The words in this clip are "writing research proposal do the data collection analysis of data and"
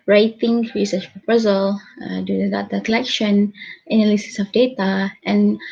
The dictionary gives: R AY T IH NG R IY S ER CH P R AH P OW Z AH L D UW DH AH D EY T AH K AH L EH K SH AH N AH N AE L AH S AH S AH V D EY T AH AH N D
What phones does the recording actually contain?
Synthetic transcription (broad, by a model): R AY T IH NG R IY S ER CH P R AH P OW Z AH L D UW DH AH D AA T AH K AH L EH K SH AH N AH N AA L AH S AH S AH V D EY T AH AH N